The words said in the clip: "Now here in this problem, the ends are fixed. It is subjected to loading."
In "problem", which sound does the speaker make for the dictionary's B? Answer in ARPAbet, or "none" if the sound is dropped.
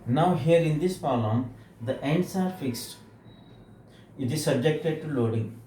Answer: none